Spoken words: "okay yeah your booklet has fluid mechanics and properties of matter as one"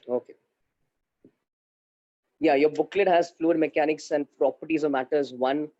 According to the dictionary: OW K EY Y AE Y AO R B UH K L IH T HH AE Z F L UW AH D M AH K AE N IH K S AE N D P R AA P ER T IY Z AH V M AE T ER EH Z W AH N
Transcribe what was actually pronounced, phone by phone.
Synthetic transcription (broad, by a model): OW K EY Y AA Y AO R B UH K L IH T HH AE Z F L UW AH D M AH K AE N IH K S AE N D P R AA P ER T IY Z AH M AE T ER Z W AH N